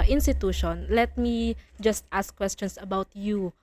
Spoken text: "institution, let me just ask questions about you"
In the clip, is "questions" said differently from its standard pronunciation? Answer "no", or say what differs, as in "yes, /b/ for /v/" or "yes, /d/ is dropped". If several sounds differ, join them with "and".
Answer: yes, /s/ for /z/